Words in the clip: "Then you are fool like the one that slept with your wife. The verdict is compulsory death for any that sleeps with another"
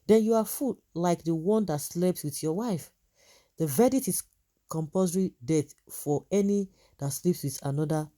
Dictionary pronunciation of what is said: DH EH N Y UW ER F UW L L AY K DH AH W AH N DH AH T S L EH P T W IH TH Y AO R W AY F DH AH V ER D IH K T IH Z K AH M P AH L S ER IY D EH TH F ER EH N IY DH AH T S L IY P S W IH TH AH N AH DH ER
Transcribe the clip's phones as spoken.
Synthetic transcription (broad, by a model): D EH N Y UW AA F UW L L AY K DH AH W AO N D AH T S L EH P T W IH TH Y AO W AY F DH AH V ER D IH T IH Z K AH M P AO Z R IY D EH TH F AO EH N IY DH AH T S L IY P S W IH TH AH N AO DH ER